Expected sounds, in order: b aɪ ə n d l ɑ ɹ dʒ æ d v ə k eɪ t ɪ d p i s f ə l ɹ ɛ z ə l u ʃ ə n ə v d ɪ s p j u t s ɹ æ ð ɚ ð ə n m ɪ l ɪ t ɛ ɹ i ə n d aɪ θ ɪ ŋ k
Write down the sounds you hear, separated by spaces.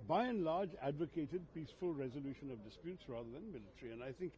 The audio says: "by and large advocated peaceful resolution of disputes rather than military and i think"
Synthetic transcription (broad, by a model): b aɪ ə n l ɑ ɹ dʒ æ d v ə k eɪ t ɪ d p i s f ə l ɹ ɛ z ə l u ʃ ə n ə v d ɪ s p j u t s ɹ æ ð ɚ ð ə n m ɪ l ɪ t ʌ ɹ i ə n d aɪ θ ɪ ŋ k